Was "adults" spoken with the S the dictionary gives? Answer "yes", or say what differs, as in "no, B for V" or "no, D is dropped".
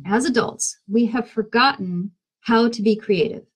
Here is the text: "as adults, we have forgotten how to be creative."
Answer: yes